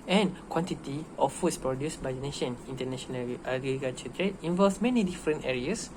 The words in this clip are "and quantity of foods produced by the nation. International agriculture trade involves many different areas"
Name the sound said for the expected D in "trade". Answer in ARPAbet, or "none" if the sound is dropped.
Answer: none